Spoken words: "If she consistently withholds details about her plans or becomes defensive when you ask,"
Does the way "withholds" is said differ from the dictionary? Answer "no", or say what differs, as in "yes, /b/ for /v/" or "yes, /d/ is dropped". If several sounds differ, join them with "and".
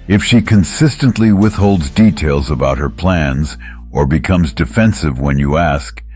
no